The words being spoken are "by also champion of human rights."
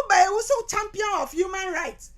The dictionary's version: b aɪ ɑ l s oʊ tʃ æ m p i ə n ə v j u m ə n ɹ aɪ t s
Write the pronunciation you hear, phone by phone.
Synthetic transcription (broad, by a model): b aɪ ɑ s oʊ tʃ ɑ m p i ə n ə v j u m ə n ɹ aɪ t s